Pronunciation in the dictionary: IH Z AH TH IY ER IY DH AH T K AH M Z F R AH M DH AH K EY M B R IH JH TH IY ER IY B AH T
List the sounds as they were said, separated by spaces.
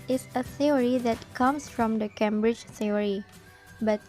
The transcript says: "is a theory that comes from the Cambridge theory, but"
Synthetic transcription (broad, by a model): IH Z AH TH IY ER IY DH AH T K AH M S F R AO M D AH K EY M B R IH JH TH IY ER IY B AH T